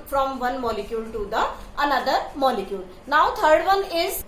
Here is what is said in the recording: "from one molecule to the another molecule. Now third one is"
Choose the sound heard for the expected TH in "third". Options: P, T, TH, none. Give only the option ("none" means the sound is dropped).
T